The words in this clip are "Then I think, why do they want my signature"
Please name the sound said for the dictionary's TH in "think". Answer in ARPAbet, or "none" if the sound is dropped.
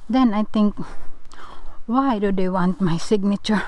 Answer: T